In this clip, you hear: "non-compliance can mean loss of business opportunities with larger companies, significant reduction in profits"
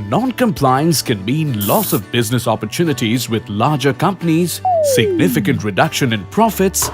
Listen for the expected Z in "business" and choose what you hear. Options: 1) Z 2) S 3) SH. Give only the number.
1